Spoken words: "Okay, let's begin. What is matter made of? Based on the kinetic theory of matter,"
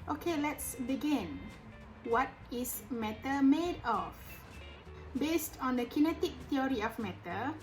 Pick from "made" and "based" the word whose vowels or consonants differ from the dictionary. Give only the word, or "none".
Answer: none